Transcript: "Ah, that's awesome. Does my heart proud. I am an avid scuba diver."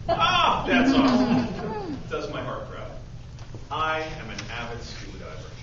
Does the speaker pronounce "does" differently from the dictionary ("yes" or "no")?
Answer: no